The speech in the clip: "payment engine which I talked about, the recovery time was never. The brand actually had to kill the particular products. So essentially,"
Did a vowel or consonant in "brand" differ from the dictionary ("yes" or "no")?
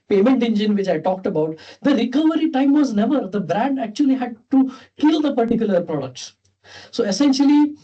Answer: no